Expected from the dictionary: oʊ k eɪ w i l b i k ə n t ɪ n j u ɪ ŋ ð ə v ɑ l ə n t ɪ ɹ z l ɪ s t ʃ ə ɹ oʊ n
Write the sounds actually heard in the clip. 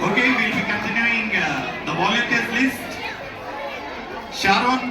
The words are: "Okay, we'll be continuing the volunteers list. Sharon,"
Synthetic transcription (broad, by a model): oʊ k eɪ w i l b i k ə n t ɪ n j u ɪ ŋ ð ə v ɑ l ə t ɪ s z l ɪ s t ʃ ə ɹ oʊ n